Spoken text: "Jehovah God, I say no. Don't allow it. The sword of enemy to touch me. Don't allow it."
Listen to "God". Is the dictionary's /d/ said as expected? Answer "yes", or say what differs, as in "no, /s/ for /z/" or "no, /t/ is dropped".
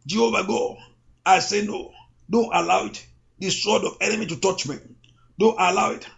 no, /d/ is dropped